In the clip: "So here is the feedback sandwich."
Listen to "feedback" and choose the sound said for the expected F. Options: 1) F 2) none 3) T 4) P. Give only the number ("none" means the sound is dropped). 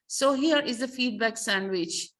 1